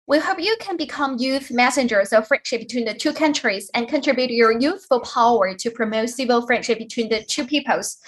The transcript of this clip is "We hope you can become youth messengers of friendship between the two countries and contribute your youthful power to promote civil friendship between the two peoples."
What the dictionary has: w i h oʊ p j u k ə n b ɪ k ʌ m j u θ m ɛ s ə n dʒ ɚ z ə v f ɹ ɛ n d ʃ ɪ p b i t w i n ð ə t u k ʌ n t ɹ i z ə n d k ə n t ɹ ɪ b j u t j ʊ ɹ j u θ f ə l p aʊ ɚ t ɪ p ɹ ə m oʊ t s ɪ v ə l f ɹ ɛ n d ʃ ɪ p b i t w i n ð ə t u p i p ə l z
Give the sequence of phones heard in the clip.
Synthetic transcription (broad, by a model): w i h oʊ p j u k ə n b ɪ k ʌ m j u θ m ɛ s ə n dʒ ɚ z ə v f ɹ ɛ n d ʃ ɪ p b i t w i n ð ə t u k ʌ n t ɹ i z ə n k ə n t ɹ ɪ b j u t j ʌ ɹ j u θ f ə l p aʊ ɚ t ɪ p ɹ ə m oʊ t s ɪ v ə l f ɹ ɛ n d ʃ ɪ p b i t w i n ð ə t u p i p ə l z